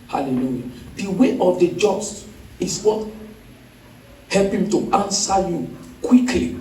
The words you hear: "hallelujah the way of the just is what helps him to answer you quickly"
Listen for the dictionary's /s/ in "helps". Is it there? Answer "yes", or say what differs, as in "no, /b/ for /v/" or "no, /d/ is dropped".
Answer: no, /s/ is dropped